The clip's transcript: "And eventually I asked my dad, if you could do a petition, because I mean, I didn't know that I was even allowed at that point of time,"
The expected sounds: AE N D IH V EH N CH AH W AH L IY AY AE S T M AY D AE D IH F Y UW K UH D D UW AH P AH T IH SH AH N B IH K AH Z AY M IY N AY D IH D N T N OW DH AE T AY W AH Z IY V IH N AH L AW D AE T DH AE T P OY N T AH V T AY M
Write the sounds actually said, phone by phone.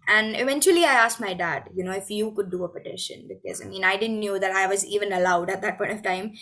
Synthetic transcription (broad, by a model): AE N D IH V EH N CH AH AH L IY AY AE S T M AY D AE D IH F Y UW K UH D D UW AH P AH T IH SH AH N B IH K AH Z AY M IY N AY D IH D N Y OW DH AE T AY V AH Z IY V IH N AH L AW D AE T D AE T P OY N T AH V T AY M